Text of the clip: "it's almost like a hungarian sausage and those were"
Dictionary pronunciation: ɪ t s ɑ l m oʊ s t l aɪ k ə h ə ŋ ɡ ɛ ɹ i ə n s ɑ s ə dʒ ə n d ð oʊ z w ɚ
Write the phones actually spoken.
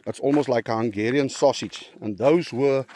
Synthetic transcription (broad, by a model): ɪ t s ɑ l m oʊ s t l aɪ k ə h ə ŋ ɡ ɛ ɹ i ə n s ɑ s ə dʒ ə n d ð oʊ z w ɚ